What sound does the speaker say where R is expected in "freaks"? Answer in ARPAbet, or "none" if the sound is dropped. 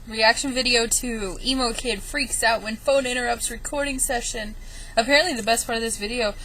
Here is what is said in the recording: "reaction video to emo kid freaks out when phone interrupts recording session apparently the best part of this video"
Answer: R